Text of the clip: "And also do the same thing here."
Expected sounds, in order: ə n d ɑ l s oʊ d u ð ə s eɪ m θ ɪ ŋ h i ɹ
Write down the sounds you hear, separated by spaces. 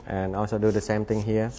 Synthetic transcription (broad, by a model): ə n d ɑ l s oʊ d u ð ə s eɪ m t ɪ ŋ h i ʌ